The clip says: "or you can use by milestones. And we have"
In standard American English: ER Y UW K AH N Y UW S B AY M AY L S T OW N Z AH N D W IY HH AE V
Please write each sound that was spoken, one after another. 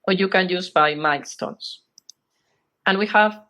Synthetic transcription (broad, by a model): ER Y UW K AH N Y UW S B AY M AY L S T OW N S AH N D W IY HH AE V